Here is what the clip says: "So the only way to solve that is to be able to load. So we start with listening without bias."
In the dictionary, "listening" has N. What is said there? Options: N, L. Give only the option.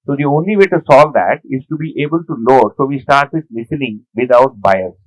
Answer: L